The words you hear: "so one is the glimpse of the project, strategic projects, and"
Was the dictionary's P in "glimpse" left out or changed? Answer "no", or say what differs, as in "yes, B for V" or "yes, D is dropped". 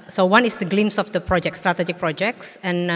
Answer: yes, P is dropped